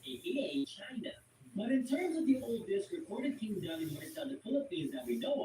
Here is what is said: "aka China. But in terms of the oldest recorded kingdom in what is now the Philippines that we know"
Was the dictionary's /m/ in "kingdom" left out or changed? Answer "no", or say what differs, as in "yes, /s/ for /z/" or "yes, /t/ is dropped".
yes, /m/ is dropped